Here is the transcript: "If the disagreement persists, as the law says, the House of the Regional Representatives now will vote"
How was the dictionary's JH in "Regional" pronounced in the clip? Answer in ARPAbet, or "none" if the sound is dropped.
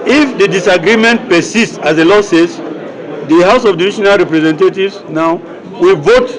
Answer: SH